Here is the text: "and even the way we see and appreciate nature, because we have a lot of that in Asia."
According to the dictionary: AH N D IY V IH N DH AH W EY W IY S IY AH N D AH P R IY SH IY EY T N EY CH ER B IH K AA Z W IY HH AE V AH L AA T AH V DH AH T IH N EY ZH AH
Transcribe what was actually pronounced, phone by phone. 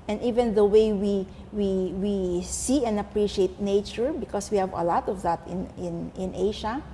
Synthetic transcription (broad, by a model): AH N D IY V IH N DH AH W EY W IY S IY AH N AH P R IY SH IY EY T N EY CH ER B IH K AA S W IY HH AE V AH L AA T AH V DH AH T IH N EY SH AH